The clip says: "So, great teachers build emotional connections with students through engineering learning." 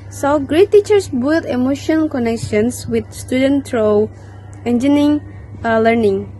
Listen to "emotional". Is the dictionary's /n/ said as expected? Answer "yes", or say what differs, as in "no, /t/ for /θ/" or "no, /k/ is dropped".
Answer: no, /n/ is dropped